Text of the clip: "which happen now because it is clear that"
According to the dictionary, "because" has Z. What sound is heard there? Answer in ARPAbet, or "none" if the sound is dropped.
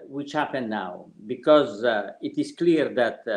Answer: Z